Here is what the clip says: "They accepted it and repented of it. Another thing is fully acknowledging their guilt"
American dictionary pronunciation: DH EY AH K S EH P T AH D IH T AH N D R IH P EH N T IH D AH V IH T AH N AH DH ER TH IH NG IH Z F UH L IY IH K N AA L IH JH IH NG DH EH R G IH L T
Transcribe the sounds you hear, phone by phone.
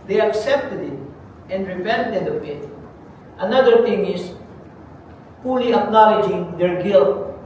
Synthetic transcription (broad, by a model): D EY AH K S EH P T AH D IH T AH N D R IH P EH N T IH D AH P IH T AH N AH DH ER T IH NG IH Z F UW L IY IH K N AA L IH JH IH NG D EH R G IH L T